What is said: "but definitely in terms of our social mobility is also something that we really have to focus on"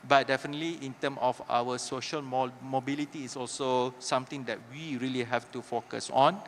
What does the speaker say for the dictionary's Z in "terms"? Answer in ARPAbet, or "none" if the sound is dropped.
none